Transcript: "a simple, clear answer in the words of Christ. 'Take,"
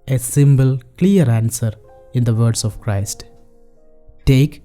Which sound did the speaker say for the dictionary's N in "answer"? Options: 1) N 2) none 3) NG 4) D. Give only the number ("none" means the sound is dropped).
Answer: 1